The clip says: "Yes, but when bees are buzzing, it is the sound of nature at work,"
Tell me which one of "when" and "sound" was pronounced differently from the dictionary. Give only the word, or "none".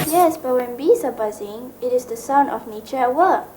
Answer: sound